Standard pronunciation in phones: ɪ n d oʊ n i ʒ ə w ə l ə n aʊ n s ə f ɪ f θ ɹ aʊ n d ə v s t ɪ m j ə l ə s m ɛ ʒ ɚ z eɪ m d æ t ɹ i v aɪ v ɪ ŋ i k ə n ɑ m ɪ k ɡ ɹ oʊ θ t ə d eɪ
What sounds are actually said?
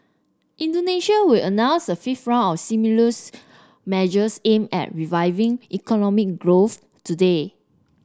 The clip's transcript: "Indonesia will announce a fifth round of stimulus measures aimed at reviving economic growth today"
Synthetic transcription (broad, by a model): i n d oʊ n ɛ ʃ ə w ə l ə n aʊ n s ə f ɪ f t ɹ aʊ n ə f s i m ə l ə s m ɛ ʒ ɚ s eɪ m ɛ t ɹ i v aɪ v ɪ ŋ i k ə n ɑ m ɪ k ɡ ɹ oʊ θ t ə d eɪ